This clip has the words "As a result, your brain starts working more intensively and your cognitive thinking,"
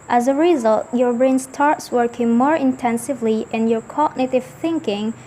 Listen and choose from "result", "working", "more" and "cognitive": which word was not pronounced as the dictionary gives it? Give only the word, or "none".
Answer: none